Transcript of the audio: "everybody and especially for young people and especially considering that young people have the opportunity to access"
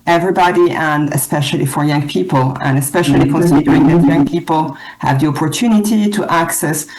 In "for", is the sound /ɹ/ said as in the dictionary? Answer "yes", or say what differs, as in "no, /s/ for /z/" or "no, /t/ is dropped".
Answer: yes